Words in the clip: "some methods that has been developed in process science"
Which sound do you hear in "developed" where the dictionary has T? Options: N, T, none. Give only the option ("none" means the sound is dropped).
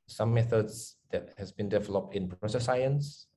T